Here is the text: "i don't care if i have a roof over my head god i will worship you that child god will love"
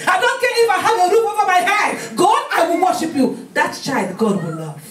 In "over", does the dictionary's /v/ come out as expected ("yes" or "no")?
no